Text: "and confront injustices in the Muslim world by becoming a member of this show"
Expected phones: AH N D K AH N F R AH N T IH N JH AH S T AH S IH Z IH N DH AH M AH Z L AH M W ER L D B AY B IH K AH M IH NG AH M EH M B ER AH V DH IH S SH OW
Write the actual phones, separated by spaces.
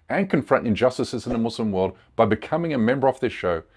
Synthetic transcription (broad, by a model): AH N K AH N F R AH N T IH N JH AH S T AH S IH Z IH N DH AH M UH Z L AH M W ER L D B AY B IH K AH M IH NG AH M EH M B ER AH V DH IH S SH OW